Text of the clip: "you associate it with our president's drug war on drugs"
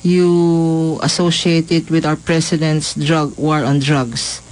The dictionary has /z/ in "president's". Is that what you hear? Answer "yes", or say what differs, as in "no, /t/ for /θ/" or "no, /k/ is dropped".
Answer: no, /s/ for /z/